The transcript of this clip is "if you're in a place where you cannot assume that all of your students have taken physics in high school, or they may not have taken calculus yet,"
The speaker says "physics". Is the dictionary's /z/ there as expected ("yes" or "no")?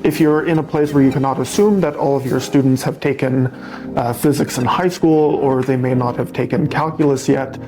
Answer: yes